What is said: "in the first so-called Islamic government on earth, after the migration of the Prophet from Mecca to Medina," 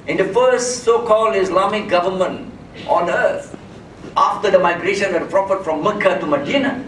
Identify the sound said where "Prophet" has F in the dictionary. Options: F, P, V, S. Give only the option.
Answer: F